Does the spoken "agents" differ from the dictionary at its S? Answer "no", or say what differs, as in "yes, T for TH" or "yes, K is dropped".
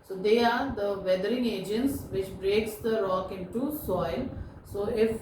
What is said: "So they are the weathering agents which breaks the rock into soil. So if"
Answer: no